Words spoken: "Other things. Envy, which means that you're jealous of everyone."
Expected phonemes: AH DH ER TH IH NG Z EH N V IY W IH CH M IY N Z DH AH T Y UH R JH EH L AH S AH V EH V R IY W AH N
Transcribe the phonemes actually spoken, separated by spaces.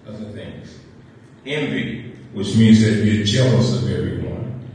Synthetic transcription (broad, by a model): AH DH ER TH IH NG Z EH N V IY W IH CH M IY N Z DH AH T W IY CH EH L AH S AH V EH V R IY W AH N